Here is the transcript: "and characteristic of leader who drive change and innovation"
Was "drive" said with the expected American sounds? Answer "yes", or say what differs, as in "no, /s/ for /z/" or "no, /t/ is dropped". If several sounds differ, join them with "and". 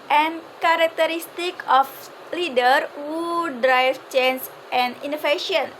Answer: no, /f/ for /v/